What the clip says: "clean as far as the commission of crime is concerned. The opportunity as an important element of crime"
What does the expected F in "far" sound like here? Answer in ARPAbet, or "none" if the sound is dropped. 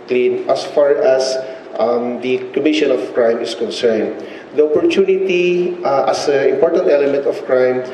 F